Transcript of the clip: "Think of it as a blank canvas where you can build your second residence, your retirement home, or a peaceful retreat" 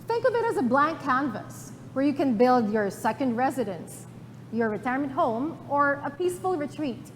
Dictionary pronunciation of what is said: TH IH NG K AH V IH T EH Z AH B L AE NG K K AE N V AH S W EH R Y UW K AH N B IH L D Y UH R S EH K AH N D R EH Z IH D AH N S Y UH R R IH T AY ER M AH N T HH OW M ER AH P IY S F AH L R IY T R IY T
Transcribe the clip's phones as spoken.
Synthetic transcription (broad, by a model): TH IH NG K AH V IH T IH Z AH B L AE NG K K AE N V AH S W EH R Y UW K AH N B IH L D Y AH R S EH K AH N D R EH Z IH D AH N S Y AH R R IH T AY ER M AH N T HH OW M ER AH P IY S F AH L R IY T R IY T